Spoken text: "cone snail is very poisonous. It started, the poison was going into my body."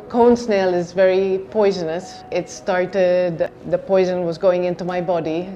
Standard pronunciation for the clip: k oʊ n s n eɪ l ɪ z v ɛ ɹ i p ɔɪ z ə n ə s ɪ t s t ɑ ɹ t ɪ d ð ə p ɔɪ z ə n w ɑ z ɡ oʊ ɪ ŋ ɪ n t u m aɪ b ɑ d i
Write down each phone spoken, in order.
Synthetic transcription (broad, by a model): k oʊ n s n eɪ l ɪ z v ɛ ɹ i p ɔɪ z ə n ə s ɪ t s t ɑ ɹ t ɪ d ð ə p ɔɪ z ə n w ɑ z ɡ oʊ ɪ ŋ ɪ n t u m aɪ b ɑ d i